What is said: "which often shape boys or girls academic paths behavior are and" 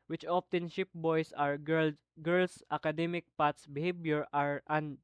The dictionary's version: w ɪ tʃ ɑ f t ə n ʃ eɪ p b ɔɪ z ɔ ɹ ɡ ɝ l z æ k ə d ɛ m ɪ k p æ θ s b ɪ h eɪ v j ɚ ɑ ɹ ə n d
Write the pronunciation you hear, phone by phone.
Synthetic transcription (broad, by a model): w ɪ tʃ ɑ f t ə n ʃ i p b ɔɪ s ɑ ɹ ɡ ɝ l s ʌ k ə d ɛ m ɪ k p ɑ t s b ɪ h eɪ b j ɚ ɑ ɹ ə n